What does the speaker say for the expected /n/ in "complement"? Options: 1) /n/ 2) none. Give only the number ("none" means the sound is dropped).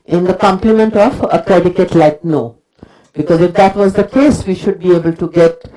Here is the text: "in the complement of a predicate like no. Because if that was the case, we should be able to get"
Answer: 1